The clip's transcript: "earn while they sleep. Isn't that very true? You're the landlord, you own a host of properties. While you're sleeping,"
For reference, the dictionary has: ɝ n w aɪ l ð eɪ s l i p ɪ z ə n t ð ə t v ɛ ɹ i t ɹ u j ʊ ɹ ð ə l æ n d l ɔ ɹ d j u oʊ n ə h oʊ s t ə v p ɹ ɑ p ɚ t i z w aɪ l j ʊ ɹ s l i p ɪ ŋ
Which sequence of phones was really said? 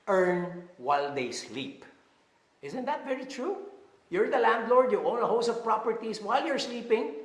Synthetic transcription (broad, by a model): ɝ n w aɪ l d eɪ s l i p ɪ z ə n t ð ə t v ɛ ɹ i t ɹ u j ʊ ɹ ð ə l æ n d l ɔ ɹ d j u oʊ n ə h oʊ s ə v p ɹ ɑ p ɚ t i s w aɪ l j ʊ ɹ s l i p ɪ ŋ